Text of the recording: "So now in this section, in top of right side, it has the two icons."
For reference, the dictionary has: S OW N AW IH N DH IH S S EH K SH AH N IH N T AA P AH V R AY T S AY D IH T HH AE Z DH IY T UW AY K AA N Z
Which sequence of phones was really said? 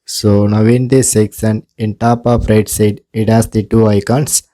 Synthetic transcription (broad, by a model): S OW N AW IH N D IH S S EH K S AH N IH N T AA P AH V R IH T S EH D IH T HH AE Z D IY T UW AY K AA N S